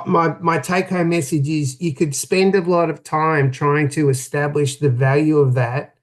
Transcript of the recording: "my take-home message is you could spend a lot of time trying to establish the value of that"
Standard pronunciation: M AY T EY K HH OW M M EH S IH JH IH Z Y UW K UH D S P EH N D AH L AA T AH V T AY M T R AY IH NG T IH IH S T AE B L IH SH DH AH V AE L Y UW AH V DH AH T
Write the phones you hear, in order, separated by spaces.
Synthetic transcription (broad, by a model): M AY T EY K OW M M EH S IH JH IH Z Y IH K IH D S P EH N D AH L AA T AH V T AY M T R AY IH NG T IH IH S T AE B L IH SH DH AH V AE L Y UW AH V DH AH T